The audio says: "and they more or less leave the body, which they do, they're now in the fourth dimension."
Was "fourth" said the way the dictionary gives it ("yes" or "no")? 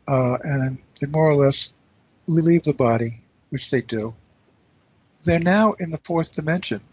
yes